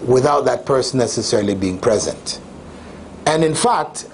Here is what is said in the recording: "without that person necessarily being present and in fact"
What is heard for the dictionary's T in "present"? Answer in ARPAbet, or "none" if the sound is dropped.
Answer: T